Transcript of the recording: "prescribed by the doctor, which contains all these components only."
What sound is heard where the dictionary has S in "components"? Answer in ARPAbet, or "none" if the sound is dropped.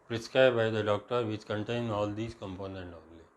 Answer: none